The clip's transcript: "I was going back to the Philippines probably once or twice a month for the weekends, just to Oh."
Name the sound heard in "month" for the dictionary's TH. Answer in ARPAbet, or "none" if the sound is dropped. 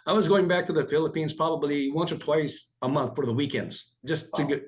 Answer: TH